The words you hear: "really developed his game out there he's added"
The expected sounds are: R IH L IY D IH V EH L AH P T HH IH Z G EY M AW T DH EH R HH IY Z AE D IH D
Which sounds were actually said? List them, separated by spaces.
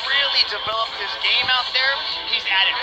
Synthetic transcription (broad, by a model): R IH L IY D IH V EH L AH P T HH IH Z G EY M AW T DH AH R HH IY Z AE D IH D